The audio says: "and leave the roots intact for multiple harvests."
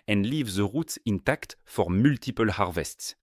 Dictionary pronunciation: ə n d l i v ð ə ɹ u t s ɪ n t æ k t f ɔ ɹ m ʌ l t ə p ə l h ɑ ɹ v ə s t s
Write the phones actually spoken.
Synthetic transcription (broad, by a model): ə n d l i v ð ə ɹ u t s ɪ n t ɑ k t f ɔ ɹ m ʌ l t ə p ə l h ɑ ɹ v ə s t s